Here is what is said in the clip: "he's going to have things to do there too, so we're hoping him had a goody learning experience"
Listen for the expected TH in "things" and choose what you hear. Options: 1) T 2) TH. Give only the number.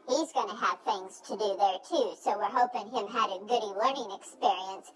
2